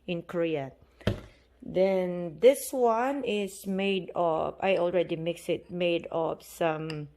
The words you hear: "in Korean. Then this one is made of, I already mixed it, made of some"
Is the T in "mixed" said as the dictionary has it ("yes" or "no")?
no